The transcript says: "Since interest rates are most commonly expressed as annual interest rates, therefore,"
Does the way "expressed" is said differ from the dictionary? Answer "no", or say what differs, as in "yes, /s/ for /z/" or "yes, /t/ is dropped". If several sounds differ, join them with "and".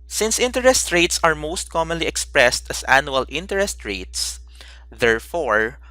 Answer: no